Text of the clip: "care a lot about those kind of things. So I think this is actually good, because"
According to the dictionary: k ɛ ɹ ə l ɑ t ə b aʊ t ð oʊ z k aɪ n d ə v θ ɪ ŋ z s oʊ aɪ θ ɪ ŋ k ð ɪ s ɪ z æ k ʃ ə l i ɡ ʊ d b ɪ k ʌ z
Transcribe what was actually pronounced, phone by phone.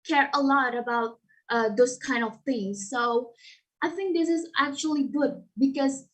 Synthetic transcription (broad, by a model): k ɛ ɹ ə l ɑ t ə b aʊ t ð oʊ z k aɪ n d ə v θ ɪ ŋ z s oʊ aɪ θ ɪ ŋ k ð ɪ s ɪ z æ k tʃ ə l i ɡ ʊ d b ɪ k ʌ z